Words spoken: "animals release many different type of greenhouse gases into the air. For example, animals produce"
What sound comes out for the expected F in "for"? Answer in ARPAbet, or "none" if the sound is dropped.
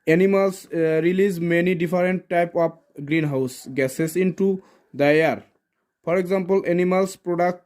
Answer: P